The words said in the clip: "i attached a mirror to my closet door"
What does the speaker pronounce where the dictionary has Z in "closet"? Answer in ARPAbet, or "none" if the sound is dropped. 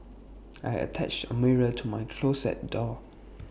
S